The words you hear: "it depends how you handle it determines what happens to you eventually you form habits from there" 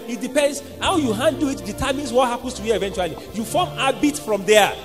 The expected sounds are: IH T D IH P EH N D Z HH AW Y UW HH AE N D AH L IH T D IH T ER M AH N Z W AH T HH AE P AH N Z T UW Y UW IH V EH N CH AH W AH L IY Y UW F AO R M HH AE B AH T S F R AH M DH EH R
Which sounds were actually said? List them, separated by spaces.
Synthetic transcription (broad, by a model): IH T D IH P EH N D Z HH AW Y UW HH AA N D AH IH T D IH T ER M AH N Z W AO T HH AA P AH N S T UW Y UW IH V EH N CH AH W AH L IY Y UW F AO M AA B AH T F R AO M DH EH